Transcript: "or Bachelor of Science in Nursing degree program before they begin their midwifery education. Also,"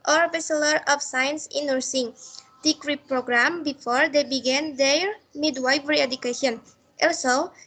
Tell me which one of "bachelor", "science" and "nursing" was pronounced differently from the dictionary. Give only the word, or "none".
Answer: bachelor